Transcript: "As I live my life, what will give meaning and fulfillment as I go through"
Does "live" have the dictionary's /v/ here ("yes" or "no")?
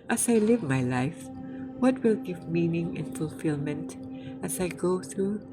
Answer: yes